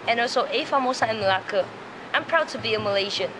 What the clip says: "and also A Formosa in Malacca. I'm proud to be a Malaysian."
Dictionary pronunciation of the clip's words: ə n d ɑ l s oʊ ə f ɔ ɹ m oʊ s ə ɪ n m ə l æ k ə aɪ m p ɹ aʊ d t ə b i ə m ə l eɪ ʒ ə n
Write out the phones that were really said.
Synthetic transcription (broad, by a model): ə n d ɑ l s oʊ ə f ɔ m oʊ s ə ɪ n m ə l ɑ k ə aɪ m p ɹ aʊ d t ə b i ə m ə l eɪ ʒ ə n